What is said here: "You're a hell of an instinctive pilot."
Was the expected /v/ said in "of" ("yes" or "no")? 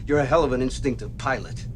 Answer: yes